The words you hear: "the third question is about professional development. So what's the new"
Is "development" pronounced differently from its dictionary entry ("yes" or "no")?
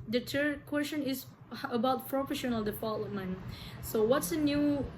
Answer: yes